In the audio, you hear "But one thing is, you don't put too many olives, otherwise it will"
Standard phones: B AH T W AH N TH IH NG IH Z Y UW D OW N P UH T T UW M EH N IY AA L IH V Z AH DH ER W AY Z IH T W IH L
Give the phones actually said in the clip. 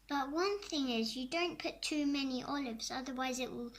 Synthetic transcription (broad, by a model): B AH T W AH N TH IH NG IH Z Y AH D OW N P UH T T UW M EH N IY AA L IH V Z AH DH ER W AY Z IH T W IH L